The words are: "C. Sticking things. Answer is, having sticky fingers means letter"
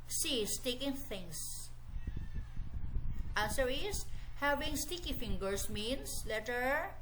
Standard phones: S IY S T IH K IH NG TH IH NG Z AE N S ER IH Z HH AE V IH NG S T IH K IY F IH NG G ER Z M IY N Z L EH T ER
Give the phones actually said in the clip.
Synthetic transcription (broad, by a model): S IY S T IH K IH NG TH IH NG S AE N S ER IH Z HH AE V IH NG S T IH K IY F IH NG G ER S M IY N S L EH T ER